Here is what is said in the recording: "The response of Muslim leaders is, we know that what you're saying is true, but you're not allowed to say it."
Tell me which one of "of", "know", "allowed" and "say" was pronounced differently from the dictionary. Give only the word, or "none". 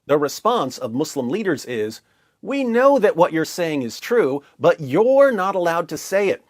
none